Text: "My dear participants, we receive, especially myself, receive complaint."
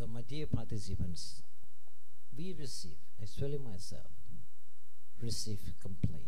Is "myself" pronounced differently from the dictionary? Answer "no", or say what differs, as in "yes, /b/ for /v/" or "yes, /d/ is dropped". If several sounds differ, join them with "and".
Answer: no